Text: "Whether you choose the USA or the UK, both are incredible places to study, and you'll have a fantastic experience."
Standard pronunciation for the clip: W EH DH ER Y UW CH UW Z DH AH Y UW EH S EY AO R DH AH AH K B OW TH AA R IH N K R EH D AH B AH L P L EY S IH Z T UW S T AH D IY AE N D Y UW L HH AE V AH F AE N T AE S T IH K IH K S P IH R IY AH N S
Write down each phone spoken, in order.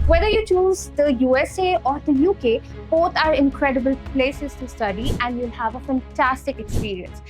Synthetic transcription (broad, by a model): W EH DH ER Y UW CH UW Z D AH Y UW EH S EY AO R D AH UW K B OW T AA R IH N K R EH D AH B AH L P L EY S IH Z T UW S T AH D IY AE N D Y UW L HH AE V AH F AE N T AE S T IH K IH K S P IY R IY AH N S